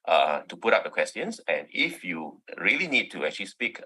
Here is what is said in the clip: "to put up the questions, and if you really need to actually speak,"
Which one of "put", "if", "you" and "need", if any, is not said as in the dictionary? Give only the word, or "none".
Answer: none